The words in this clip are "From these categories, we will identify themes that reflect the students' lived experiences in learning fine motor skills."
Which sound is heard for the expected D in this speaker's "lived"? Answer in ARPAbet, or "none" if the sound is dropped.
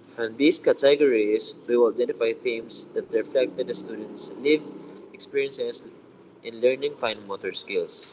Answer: none